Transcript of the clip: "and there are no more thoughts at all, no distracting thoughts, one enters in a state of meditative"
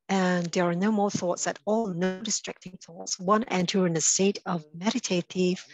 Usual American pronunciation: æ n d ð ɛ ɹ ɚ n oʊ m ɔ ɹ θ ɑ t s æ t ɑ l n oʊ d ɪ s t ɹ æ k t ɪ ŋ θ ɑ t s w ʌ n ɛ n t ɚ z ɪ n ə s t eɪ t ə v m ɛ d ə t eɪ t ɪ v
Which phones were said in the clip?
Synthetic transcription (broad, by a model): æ n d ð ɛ ɹ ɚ n oʊ m ɔ ɹ θ ɑ t s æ t ɑ l n oʊ d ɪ s t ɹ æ k t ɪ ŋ θ ɑ t s w ʌ n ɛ n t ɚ ɪ n ə s t eɪ t ə v m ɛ d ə t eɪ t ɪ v